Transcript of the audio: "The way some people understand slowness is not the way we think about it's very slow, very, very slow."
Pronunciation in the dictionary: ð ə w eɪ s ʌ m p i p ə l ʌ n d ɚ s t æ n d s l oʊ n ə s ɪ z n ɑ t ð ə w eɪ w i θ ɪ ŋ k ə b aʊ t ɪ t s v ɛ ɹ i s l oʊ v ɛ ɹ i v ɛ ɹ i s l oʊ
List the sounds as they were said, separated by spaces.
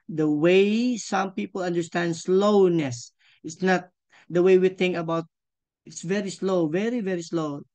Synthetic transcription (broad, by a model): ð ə w eɪ s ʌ m p i p ə l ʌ n d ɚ s t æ n d s l oʊ n ə s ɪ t n ɑ t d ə w eɪ w i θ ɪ ŋ k ə b aʊ t ɪ t s v ɛ ɹ i s l oʊ v ɛ ɹ i v ɛ ɹ i s l oʊ